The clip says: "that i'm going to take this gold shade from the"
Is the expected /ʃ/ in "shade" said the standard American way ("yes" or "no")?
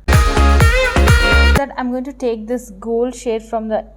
yes